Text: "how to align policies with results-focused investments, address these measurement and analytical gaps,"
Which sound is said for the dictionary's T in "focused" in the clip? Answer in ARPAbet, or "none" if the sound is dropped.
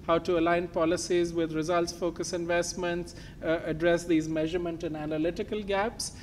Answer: none